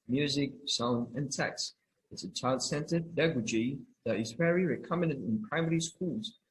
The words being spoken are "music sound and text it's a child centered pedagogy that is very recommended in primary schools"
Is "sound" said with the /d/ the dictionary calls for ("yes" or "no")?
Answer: no